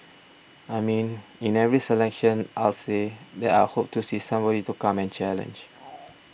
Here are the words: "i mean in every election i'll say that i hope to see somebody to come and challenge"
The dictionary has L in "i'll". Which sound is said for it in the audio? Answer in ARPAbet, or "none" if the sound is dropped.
L